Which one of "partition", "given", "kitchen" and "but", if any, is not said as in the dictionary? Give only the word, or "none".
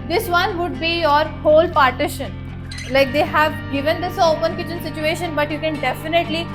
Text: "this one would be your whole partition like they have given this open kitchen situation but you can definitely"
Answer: none